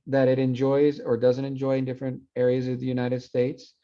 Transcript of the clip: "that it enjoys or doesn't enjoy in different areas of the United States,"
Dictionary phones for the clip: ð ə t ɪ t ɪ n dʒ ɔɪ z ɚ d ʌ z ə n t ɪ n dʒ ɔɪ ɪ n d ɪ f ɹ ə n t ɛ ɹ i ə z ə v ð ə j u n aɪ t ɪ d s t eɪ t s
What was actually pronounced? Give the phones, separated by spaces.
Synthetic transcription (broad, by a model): ð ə t ɪ t ɪ n dʒ ɔɪ z ɚ d ʌ z ə n t ɪ n dʒ ɔɪ ɪ n d ɪ f ɹ ə n t ɛ ɹ i ə z ə v ð ə j u n aɪ t ɪ d s t eɪ t s